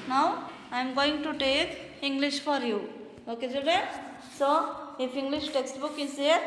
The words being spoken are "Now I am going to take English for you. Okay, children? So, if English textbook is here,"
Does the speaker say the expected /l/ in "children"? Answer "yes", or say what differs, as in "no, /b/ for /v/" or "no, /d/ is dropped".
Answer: no, /l/ is dropped